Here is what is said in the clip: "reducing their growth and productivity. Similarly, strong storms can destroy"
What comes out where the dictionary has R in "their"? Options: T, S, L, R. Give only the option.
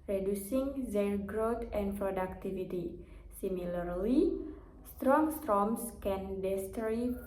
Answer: L